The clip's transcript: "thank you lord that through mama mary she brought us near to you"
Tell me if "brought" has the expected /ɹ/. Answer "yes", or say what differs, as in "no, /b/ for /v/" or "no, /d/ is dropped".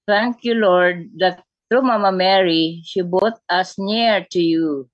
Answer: no, /ɹ/ is dropped